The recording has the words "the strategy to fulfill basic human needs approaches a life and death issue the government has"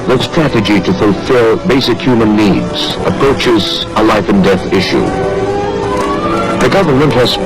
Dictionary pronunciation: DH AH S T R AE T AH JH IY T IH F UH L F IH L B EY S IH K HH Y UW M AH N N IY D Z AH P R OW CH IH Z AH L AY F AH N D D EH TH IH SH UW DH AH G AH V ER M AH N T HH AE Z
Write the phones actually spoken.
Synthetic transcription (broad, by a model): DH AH S T R AE T AH JH IY T IH F UH L F IH L B EY S IH K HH Y UW M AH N N IY D Z AH P R OW CH IH Z AH L AY F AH N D D EH TH IH SH UW DH AH G AH V ER M AH N T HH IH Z